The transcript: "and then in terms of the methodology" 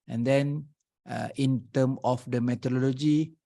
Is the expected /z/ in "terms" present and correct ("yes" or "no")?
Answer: no